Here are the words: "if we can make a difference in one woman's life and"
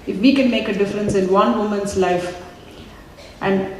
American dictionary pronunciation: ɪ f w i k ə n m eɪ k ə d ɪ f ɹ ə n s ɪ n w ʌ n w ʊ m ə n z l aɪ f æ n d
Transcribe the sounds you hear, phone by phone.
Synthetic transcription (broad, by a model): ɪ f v i k ə n m eɪ k ə d ɪ f ɹ ə n s ɪ n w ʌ n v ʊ m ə n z l aɪ f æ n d